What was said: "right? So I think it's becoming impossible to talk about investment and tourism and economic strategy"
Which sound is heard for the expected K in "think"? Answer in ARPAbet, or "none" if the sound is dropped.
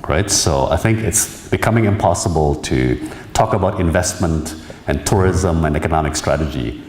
K